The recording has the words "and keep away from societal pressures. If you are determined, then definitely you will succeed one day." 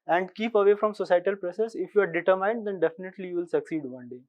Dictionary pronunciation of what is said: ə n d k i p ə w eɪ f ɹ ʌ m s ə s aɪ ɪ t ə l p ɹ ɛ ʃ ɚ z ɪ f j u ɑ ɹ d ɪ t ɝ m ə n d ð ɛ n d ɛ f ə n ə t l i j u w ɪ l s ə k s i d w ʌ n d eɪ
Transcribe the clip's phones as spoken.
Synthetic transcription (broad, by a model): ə n d k i p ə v eɪ f ɹ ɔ m s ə s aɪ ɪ t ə l p ɹ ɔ s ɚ s ɪ f j u ɑ ɹ d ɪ t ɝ m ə n d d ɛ n d ɛ f ə n ə t l i j u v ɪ l s ə k s i d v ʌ n d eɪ